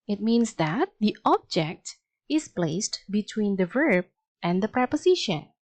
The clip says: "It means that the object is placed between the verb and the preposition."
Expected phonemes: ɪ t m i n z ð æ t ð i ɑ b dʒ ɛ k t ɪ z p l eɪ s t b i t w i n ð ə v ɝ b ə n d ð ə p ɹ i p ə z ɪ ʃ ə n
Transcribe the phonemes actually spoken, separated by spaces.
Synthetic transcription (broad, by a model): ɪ t m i n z ð æ t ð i ɑ b dʒ ɛ k t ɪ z p l eɪ s t b i t w i n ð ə v ɝ b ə n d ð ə p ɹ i p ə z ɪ ʃ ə n